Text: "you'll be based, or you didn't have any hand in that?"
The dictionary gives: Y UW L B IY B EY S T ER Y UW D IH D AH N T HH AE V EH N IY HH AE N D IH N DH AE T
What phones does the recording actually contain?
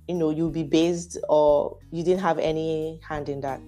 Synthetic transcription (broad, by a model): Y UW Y B IY B EY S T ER Y UW D IH D AH N T HH AE V EH N IY HH AE N D IH N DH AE T